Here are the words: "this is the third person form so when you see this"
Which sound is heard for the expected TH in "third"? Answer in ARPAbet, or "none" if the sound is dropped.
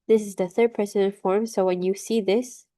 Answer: TH